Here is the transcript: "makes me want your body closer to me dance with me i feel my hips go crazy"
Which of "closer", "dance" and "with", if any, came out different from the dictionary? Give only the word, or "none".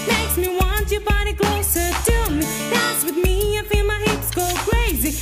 dance